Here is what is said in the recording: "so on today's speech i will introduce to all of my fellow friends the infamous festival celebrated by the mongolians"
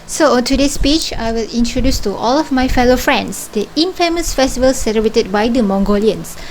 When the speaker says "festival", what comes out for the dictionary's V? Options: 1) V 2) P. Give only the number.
1